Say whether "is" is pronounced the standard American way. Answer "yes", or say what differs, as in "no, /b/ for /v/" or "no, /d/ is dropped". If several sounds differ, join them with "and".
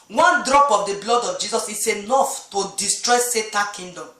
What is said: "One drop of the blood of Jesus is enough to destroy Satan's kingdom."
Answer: no, /s/ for /z/